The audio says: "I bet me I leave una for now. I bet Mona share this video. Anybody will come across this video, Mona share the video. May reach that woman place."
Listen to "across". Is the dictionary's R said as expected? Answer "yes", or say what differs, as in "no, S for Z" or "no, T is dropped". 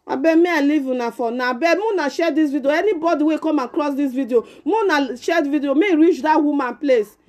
no, L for R